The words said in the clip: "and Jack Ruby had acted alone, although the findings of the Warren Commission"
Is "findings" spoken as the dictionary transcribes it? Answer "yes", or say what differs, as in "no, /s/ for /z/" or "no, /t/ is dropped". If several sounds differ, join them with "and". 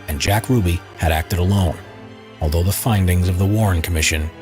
yes